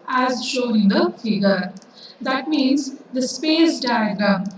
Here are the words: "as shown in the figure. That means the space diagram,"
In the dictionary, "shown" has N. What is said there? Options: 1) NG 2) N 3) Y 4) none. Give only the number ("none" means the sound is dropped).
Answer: 4